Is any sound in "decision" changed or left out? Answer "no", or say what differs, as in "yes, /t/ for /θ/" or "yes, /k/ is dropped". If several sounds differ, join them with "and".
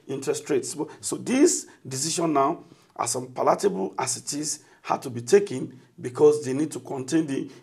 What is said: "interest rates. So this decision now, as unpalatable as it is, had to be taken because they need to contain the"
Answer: yes, /ʃ/ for /ʒ/